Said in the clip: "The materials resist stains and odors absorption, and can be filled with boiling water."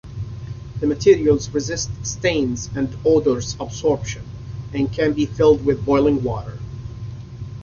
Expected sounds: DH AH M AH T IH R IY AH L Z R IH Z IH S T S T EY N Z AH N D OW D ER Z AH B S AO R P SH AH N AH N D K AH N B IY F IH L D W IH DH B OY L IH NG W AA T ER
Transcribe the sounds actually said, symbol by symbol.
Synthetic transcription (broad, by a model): DH AH M AH T IH R IY AH L Z R IH Z IH S T S T EY N Z AH N D OW D ER Z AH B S AO R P SH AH N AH N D K AH N B IY F IH L D W IH DH B OY L IH NG W AA T ER